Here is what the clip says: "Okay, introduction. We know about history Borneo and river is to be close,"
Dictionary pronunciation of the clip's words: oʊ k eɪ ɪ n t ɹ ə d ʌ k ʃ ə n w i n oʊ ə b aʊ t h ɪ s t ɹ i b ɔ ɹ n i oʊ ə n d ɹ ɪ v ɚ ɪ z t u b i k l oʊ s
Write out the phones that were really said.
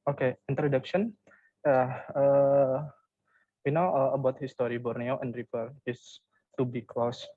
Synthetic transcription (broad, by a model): oʊ k eɪ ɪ n t ɹ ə d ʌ k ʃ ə n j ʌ n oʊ ə b aʊ t h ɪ s t ɹ i b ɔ ɹ n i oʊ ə n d ɹ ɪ f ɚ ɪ s t u b i k l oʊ s